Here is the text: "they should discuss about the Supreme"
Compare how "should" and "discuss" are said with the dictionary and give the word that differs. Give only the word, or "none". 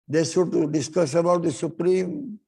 should